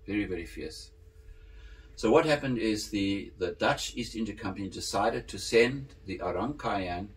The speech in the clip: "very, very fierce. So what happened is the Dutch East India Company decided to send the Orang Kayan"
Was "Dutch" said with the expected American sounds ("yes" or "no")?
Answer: yes